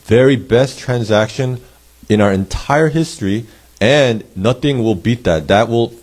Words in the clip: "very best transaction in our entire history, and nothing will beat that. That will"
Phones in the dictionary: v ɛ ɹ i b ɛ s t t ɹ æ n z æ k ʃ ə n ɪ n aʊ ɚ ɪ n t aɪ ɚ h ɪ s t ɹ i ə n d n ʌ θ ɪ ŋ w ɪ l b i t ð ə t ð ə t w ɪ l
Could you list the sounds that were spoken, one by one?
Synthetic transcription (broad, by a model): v ɛ ɹ i b ɛ s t t ɹ æ n z æ k ʃ ə n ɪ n aʊ ɚ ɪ n t aɪ ɚ h ɪ s t ɹ i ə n n ʌ θ ɪ ŋ w ɪ l b i t ð ə t ð ə t w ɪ l